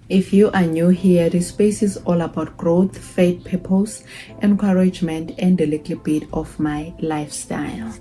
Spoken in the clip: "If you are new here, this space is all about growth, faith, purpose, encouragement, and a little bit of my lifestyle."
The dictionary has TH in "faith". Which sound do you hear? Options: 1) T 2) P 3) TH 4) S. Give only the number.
1